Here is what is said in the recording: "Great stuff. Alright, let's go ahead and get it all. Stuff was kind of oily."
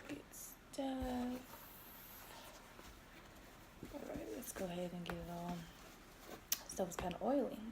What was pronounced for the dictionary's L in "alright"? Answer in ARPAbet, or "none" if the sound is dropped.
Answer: none